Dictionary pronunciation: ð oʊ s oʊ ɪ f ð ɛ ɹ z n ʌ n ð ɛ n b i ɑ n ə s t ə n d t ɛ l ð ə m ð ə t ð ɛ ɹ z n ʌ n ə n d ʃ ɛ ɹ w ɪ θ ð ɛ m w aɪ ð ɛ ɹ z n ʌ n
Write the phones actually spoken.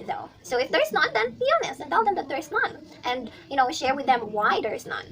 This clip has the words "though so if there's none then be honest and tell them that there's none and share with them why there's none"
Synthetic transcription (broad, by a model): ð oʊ s oʊ ɪ f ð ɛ ɹ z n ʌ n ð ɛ n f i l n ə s ə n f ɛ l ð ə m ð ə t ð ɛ ɹ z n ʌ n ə n d ʃ ɛ ɹ w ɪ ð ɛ m w aɪ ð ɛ ɹ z n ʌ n